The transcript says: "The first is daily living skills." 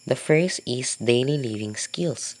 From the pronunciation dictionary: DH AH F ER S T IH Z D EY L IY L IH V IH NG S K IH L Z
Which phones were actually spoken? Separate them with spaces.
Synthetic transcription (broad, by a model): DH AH F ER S IH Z D EY L IY L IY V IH NG S K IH L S